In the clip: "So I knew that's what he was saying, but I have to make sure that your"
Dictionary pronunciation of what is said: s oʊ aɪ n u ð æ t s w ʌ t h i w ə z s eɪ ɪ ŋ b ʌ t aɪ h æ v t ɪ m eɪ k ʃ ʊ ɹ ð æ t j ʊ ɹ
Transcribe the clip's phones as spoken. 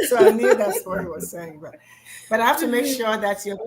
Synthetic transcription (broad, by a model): s oʊ aɪ n u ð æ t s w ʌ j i w ə z s eɪ ɪ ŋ b ʌ t aɪ h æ f t ɪ m eɪ k ʃ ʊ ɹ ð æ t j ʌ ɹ